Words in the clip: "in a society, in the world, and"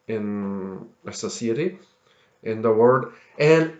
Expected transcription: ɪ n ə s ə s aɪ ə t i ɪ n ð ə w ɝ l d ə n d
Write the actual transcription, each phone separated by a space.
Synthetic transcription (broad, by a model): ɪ n ə s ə s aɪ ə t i ɪ n ð ə w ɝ d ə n